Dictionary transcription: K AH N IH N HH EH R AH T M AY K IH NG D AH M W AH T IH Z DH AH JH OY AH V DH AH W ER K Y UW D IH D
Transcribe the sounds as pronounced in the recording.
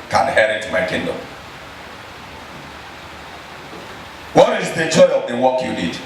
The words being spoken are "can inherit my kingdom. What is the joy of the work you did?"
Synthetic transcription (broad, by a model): K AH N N HH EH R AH T M AY K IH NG D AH M W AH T IH Z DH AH CH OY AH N W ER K Y UW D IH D